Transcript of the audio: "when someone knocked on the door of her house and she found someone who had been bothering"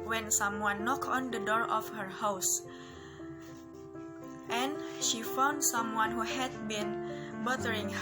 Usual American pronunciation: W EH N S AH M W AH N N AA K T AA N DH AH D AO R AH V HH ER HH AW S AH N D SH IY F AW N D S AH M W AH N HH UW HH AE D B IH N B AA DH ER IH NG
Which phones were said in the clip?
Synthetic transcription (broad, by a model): W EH N S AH M W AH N N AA K AA N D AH D AO R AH F HH ER HH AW S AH N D SH IY F AW N D S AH M W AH N HH UW HH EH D B IH N B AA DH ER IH NG